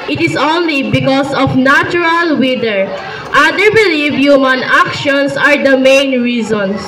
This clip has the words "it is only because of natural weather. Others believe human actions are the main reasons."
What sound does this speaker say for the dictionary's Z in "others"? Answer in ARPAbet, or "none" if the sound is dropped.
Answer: none